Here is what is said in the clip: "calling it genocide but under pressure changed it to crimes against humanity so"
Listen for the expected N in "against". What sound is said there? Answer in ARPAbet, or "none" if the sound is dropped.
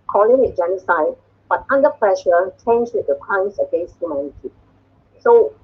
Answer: none